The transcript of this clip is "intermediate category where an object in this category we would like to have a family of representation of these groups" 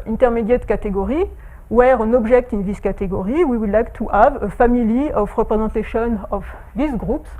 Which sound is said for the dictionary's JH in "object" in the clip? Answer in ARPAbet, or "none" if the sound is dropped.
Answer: ZH